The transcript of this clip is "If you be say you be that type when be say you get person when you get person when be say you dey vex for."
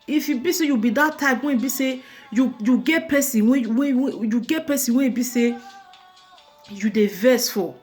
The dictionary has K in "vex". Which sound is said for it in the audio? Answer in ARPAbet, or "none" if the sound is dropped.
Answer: none